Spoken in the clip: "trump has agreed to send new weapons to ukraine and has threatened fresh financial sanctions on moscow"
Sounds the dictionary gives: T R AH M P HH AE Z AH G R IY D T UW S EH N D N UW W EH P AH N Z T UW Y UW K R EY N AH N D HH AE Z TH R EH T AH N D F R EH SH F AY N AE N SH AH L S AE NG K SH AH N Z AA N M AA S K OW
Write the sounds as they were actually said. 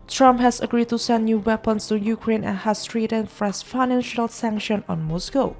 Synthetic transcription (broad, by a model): T R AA M P HH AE S AH G R IY D T UW S EH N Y UW W EH P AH N S T UW Y UW K R EY N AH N HH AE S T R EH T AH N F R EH S F AY N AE N SH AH L S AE NG K SH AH N AA N M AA S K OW